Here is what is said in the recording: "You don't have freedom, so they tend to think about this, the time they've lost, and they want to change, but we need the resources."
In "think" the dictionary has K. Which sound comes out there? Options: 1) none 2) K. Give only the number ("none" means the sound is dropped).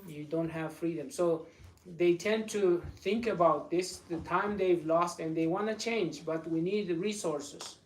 2